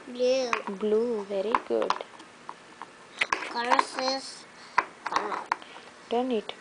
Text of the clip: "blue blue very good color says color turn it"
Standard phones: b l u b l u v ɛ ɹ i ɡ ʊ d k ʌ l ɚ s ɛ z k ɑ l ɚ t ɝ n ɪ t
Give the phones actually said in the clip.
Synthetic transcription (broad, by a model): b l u b l u v ɛ ɹ i ɡ ʊ d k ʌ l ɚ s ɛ s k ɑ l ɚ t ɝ n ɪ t